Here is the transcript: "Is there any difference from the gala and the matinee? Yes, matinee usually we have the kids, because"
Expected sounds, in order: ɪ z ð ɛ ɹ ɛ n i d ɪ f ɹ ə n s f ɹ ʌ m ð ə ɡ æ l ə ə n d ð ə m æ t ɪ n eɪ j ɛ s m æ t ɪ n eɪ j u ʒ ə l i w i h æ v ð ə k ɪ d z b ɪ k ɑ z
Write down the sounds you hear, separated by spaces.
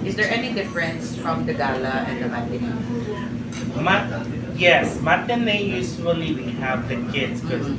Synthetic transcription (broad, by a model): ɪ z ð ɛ ɹ ɛ n i d ɪ f ɹ ə n s f ɹ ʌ m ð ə ɡ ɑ l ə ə n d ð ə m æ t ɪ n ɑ j ɛ s m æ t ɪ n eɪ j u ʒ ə l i w i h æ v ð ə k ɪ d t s k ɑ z